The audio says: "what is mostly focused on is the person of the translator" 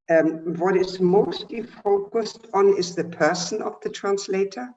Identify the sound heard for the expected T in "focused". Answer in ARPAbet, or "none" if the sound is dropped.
T